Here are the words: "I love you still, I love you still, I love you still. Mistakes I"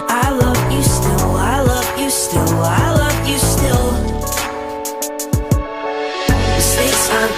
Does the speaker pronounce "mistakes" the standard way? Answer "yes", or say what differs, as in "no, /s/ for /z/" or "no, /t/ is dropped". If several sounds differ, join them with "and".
no, /k/ is dropped